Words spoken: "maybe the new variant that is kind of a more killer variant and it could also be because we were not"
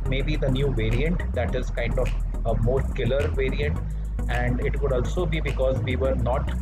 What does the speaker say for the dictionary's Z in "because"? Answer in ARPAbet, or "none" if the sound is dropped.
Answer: Z